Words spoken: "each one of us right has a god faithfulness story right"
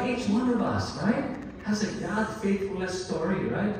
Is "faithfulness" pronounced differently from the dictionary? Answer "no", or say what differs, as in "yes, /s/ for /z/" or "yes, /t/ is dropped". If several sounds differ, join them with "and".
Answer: yes, /n/ is dropped